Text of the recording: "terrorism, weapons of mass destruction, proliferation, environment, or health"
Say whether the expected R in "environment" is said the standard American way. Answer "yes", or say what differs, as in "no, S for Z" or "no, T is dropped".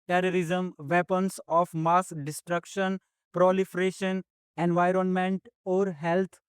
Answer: yes